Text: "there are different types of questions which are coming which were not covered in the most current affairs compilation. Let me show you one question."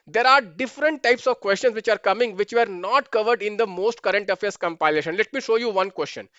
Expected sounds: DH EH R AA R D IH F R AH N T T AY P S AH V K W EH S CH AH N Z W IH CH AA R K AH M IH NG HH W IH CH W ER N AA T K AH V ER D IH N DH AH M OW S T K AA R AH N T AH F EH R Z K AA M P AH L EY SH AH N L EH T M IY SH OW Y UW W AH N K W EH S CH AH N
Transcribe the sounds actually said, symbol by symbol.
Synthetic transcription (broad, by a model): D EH R AA R D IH F R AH N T T AY P S AH V K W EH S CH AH N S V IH CH AA R K AH M IH NG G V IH CH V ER N AA T K AH V ER D IH N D AH M OW S T K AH R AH N T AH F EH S K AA M P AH L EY SH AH N L EH T M IY SH OW Y UW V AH N K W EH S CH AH N